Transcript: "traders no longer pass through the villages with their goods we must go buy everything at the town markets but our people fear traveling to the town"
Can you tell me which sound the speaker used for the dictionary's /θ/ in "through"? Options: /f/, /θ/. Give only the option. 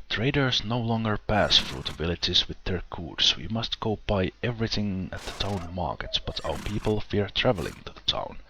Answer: /f/